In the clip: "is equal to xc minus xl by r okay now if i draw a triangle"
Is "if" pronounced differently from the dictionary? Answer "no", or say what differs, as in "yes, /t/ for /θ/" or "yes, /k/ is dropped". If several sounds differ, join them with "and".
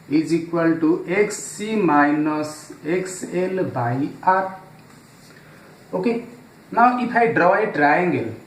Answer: yes, /p/ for /f/